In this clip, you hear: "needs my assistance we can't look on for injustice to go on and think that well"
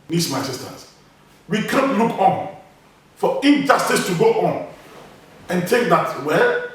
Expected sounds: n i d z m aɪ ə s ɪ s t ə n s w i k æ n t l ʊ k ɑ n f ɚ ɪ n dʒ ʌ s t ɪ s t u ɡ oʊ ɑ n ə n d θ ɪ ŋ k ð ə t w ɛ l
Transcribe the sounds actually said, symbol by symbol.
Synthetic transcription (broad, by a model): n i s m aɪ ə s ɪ s t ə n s w i k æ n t l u k ɑ n f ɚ ɪ n dʒ ʌ s t ɪ s t u ɡ oʊ ɑ n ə n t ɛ k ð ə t w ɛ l